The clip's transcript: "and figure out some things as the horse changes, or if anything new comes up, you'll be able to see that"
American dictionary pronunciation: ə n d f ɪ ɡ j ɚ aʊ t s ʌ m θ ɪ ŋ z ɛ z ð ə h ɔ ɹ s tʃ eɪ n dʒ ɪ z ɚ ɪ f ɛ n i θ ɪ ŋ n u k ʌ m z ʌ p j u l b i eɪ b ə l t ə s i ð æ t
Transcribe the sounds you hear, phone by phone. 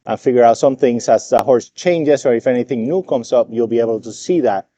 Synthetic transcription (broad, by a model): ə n f ɪ ɡ j ɚ aʊ t s ʌ m θ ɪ ŋ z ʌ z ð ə h ɔ ɹ s tʃ eɪ n dʒ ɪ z ɚ ɪ f ɛ n i θ ɪ ŋ n u k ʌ m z ʌ p j u l b i eɪ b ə l t ə s i ð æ t